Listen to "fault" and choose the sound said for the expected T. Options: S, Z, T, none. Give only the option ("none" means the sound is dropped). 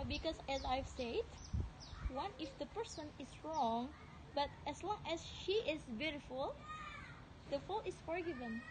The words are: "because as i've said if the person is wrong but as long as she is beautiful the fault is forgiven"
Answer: none